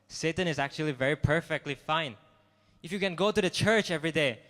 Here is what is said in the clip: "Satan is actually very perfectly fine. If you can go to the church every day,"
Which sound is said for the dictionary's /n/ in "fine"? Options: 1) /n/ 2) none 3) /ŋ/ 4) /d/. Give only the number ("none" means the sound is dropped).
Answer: 1